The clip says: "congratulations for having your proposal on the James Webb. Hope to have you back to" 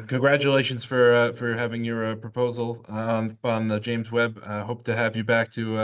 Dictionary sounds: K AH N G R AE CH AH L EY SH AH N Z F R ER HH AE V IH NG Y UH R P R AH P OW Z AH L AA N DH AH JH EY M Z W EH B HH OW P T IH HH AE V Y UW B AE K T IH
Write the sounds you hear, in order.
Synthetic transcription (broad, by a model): K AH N G R AE CH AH L EY SH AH N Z F R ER HH AE V IH NG Y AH R P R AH P OW Z L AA N DH AH JH EY M Z W EH B HH OW P T IH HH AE V Y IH B AE K T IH